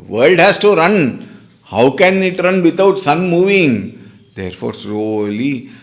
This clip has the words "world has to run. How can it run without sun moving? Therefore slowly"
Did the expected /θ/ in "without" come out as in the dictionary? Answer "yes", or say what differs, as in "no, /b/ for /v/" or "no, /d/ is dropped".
no, /t/ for /θ/